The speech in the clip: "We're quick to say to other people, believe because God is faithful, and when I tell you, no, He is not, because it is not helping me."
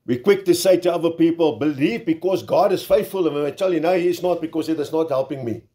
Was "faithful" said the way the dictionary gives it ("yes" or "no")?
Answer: yes